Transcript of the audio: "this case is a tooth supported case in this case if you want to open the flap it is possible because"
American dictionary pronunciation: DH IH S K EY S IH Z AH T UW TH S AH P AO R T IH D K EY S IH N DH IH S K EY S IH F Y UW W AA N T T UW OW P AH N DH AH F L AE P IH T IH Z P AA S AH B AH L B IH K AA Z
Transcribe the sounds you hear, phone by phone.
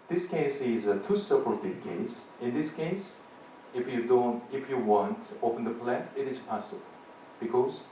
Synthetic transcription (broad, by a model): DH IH S K EY S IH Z AH T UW S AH P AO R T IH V K EY S IH N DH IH S K EY S IH F Y UW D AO N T T UW OW P AH N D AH P L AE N IH T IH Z P AA S AH B AH L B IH K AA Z